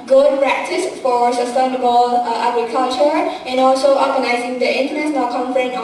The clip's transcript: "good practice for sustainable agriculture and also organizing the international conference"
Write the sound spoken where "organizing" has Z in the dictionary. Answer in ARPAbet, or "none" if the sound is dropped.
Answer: Z